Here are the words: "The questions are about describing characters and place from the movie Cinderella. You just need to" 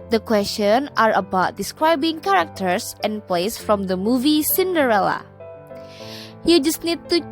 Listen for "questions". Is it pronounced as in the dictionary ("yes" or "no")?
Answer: no